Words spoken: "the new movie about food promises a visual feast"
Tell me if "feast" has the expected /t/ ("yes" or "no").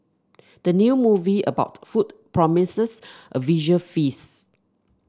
no